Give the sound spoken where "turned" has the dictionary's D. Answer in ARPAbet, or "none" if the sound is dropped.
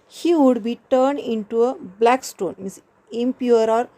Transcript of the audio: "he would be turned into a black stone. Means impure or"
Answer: D